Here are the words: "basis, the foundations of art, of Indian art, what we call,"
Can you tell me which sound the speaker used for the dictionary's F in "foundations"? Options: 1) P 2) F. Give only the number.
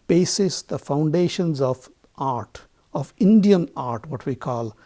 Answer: 2